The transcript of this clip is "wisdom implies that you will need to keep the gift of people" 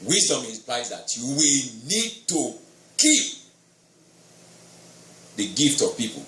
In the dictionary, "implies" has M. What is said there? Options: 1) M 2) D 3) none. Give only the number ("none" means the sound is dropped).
3